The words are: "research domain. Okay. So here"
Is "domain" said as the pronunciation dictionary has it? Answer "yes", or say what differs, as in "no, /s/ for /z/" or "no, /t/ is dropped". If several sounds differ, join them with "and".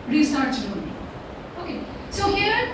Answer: no, /n/ is dropped